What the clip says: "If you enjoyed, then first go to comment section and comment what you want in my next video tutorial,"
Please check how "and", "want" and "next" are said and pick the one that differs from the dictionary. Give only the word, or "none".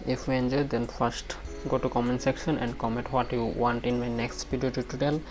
none